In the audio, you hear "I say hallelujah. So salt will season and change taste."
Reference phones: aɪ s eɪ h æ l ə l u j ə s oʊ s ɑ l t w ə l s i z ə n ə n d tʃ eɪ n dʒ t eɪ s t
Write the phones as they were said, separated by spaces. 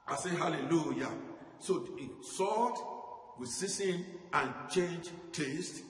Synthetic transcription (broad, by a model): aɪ s eɪ h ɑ l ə l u j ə s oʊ s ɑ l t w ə s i s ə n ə n tʃ eɪ n dʒ t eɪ s t